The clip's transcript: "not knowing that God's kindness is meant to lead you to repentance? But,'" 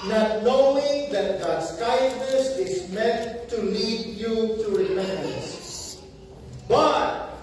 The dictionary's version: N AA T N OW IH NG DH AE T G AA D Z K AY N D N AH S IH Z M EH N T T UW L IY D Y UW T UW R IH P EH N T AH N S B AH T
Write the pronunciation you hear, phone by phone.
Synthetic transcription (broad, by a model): N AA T N OW IH NG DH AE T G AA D S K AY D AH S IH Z M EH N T T UW L IY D Y UW T UW R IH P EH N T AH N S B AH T